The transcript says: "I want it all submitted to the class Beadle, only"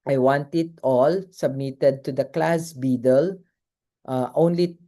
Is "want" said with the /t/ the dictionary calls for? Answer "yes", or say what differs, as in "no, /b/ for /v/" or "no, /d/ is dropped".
yes